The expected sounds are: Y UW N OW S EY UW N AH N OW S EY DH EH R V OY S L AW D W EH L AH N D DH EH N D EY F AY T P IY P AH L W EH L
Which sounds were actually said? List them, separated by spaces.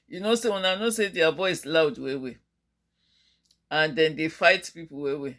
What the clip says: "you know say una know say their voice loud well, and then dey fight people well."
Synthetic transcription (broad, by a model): Y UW N OW S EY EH N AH N OW S EY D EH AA V OY S L AW D W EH W AH N D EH N D EY F AY T P IY P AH W W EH